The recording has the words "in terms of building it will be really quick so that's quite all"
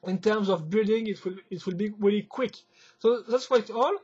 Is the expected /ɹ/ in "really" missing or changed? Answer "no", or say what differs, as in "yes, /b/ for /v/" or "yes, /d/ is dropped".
no